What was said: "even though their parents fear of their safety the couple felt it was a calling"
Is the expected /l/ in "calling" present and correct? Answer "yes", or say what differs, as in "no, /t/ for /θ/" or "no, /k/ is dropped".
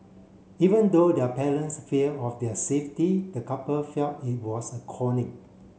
no, /n/ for /l/